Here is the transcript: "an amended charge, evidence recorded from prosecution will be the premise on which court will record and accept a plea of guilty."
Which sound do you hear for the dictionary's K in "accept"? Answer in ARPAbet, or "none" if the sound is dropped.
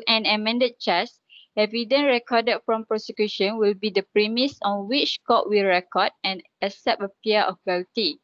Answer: none